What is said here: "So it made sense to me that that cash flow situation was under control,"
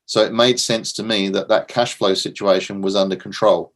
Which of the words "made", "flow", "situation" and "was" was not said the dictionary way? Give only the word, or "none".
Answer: none